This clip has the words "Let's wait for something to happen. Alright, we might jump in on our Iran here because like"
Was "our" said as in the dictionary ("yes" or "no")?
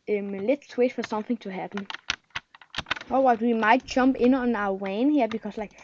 no